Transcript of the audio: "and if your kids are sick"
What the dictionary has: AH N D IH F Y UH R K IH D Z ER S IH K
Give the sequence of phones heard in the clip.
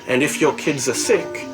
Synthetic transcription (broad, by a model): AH N D IH F Y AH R K IH D Z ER S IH K